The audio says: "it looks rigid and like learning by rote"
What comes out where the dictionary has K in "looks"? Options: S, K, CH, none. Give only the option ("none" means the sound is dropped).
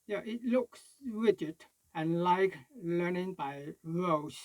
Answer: K